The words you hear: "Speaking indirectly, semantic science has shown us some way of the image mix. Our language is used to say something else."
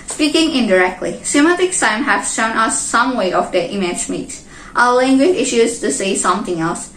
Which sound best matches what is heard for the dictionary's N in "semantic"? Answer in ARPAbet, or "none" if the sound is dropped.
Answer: none